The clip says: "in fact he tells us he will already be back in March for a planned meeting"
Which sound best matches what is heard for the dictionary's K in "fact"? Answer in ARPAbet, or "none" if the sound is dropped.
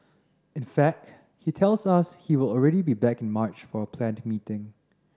K